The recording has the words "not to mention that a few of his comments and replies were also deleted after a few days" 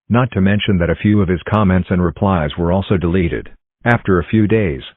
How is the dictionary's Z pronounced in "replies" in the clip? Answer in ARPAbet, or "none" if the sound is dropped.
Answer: Z